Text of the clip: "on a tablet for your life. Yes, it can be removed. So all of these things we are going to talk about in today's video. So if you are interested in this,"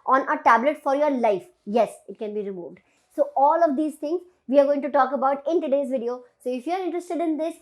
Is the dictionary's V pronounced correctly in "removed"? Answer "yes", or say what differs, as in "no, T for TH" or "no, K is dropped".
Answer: yes